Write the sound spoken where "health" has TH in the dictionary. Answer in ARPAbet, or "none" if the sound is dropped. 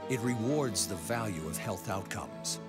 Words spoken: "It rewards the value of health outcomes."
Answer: TH